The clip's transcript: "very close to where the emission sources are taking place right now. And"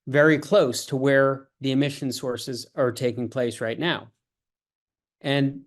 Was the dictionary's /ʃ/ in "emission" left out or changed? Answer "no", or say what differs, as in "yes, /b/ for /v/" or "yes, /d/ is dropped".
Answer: no